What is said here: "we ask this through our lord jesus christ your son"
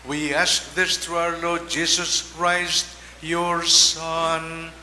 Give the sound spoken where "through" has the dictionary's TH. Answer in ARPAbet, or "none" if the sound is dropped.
T